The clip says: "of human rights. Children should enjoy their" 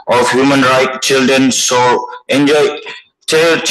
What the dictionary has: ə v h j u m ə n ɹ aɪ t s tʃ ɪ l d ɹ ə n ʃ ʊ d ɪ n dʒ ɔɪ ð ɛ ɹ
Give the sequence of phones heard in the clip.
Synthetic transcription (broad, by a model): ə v h j u m ə n ɹ aɪ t tʃ ɪ l d ɹ ə n s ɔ ɪ n dʒ ɔɪ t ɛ